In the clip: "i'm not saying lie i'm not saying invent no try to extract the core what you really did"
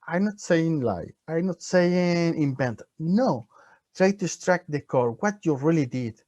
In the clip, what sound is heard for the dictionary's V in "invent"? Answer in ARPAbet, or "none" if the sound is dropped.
B